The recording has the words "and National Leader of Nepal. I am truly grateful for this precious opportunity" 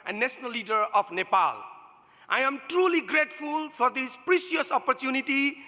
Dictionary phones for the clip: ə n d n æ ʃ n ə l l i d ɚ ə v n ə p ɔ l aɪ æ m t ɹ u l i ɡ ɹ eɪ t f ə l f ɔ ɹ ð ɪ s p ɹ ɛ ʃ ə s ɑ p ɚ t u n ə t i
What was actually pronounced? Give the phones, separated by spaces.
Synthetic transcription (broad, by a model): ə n n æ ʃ n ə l l i d ɚ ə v n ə p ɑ l aɪ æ m t ɹ u l i ɡ ɹ eɪ t f ə l f ɔ ɹ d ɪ s p ɹ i s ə s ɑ p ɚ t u n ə t i